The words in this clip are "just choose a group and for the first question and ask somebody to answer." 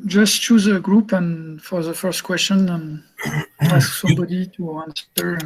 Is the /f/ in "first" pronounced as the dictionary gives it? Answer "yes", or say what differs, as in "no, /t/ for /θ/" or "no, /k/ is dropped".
yes